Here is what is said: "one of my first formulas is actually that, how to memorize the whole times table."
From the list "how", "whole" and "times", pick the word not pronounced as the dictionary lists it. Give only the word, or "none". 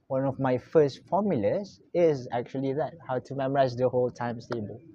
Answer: times